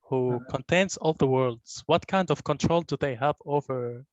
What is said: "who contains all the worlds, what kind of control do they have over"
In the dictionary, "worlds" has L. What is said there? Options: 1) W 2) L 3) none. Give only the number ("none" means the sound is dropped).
2